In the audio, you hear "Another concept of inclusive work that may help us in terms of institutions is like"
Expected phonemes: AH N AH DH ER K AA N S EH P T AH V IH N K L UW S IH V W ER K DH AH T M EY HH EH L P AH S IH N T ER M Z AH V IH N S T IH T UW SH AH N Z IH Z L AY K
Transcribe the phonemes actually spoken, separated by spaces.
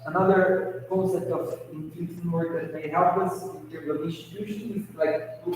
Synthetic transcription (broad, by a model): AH N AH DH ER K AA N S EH T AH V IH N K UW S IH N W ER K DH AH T M EY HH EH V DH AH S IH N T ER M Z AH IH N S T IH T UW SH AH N IH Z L AY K